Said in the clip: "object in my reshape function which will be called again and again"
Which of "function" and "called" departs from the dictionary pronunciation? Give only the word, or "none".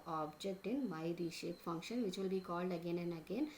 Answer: none